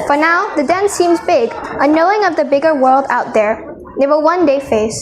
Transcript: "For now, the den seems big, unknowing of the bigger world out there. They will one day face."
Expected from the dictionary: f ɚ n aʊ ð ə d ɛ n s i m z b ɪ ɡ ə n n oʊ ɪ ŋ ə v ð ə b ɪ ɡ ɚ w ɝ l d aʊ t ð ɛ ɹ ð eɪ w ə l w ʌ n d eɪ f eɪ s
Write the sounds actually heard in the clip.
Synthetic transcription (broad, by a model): f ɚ n aʊ ð ə d ɛ n s i m z b ɪ ɡ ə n n oʊ ɪ ŋ ə v ð ə b ɪ ɡ ɚ w ɝ l d aʊ t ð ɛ ɹ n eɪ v ə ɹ w ʌ n d eɪ f eɪ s